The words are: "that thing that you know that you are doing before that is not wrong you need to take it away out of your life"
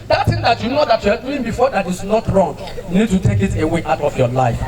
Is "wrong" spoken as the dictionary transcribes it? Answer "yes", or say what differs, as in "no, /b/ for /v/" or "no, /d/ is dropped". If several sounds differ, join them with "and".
yes